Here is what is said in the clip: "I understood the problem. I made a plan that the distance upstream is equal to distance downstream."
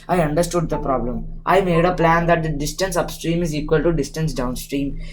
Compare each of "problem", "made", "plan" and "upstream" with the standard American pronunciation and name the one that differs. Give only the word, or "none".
none